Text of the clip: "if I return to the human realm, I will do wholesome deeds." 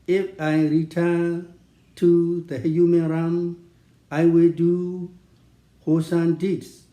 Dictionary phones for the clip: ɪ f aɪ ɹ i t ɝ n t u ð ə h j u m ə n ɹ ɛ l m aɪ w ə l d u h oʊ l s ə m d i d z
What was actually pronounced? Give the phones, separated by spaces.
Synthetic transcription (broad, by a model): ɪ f aɪ ɹ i t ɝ n t u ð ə h j u m ə n ɹ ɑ m aɪ w ə l d u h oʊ s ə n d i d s